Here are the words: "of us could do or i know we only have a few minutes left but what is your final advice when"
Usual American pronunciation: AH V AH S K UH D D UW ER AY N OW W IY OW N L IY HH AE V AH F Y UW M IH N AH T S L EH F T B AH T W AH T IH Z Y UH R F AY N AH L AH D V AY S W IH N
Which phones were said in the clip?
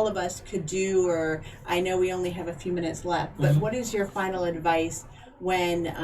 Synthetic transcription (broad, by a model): AH V AH S K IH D D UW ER AY N OW W IY OW N L IY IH V AH F Y UW M IH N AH T S L EH F T B AH T W AH T IH Z Y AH R F AY N L AH D V AY S W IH N